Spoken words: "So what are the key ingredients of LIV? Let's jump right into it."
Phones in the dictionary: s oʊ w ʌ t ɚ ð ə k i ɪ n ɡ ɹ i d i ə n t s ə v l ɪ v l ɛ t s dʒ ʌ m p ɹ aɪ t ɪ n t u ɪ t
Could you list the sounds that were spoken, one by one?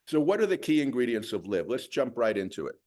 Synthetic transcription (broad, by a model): s oʊ w ʌ t ɚ ð ə k i ɪ n ɡ ɹ i d i ə n t s ə v l ɪ v l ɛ t s dʒ ʌ m p ɹ aɪ t ɪ n t u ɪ t